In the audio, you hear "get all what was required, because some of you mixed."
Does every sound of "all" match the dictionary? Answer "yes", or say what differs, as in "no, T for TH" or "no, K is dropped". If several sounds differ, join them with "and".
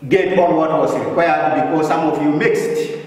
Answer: no, N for L